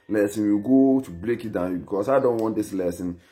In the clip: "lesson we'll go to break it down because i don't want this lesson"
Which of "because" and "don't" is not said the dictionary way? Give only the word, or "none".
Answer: because